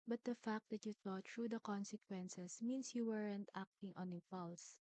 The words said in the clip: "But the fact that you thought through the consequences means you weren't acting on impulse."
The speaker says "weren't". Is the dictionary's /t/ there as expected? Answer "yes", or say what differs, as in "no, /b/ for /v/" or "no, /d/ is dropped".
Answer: yes